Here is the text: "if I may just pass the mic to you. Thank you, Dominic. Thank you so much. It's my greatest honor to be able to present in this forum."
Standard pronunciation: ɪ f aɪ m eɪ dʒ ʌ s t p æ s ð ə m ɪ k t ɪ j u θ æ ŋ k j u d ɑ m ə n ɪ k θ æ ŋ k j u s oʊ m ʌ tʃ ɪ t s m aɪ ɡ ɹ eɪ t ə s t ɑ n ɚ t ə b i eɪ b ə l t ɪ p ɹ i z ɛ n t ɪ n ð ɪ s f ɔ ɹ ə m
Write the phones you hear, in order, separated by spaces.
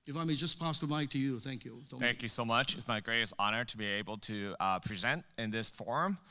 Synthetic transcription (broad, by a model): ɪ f aɪ m eɪ dʒ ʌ s p æ s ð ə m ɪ t ɪ j u θ æ ŋ k j u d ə θ æ ŋ k j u s oʊ m ʌ tʃ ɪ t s m aɪ ɡ ɹ eɪ t ə s t ɑ n ɚ t ə b i eɪ b l t ɪ p ɹ i z ɛ n t ɪ n ð ɪ s f ɔ ɹ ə m